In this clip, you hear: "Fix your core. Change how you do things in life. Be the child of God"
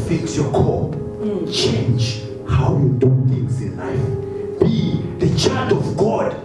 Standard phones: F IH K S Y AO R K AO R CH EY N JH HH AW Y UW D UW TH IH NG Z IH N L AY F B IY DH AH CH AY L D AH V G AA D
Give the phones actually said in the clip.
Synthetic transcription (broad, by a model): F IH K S Y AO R K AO CH EY N JH HH AW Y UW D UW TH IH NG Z IH N L AY F B IY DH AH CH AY D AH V G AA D